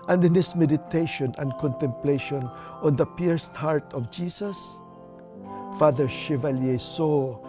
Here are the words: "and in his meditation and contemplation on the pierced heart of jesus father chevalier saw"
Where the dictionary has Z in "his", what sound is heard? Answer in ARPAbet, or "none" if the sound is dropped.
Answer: S